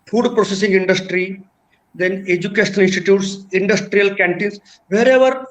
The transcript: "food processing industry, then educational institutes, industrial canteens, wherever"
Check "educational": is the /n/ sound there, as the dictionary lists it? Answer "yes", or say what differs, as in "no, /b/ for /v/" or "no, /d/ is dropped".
no, /n/ is dropped